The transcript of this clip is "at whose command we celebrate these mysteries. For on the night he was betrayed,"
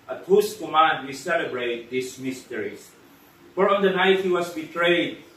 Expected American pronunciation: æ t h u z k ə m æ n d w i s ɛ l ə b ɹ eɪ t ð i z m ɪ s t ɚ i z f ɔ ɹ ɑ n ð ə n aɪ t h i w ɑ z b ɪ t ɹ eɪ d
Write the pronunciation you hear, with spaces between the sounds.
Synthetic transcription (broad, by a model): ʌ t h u s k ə m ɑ n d w i s ɛ l ə b ɹ eɪ t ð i s m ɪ s t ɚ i s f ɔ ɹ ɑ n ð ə n aɪ t h i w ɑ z b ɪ t ɹ eɪ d